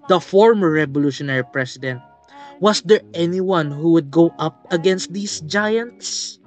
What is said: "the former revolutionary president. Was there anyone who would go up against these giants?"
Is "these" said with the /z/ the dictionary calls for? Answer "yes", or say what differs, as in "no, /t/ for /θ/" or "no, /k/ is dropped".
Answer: no, /s/ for /z/